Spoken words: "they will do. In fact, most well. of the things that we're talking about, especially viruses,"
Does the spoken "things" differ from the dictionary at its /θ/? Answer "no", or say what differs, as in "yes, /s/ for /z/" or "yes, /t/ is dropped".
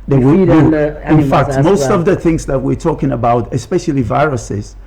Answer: no